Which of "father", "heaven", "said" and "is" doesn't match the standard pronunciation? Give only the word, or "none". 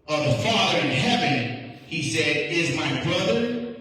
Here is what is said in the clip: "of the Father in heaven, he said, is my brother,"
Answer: none